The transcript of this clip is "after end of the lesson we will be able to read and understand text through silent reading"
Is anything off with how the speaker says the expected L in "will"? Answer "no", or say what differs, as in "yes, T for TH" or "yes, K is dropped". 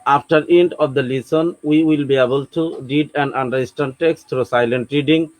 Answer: no